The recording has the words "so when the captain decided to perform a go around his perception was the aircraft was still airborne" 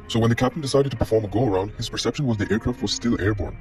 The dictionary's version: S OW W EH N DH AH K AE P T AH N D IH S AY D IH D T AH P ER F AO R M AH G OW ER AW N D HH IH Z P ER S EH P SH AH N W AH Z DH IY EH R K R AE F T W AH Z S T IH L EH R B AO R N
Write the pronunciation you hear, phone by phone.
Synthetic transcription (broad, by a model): S OW W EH N DH AH K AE P T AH N D IH S AY D IH D T AH P ER F AO R M AH G OW ER AW N D HH IH Z P ER S EH P SH AH N W AH Z DH IY EH R K R AE F T W AH Z S T IH L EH R B AO R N